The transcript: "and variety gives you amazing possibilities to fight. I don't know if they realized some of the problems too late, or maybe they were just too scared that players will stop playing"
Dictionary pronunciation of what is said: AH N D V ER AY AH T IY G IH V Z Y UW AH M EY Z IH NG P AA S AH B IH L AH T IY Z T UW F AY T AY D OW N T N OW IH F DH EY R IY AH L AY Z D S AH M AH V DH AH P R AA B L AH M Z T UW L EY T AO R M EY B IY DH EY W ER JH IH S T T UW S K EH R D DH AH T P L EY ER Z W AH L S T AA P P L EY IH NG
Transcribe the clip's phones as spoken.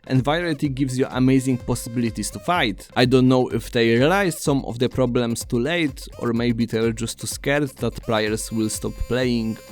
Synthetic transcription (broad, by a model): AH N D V AY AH T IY G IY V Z Y UW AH M EY Z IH NG P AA S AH B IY L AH T IY S T UW F AY T AY D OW N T N OW IH F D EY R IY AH L AY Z S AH M AH V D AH P R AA B L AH M S T UW L EY T AO R M EY B IY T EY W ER JH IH S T T UW S K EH R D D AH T P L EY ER S W AH L S T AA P P L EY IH NG